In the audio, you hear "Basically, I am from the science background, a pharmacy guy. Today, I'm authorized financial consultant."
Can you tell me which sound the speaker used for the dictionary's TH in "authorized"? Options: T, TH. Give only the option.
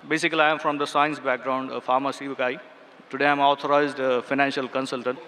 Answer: T